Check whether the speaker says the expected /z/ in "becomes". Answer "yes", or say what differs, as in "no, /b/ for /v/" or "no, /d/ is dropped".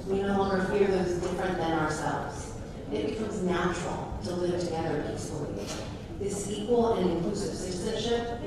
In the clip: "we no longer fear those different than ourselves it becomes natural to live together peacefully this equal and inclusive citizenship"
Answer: yes